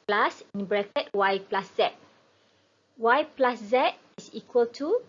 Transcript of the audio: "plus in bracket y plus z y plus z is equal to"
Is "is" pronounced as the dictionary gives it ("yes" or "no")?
no